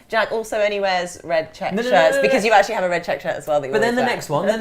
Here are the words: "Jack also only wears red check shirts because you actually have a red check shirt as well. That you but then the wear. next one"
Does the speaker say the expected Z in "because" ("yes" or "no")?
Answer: yes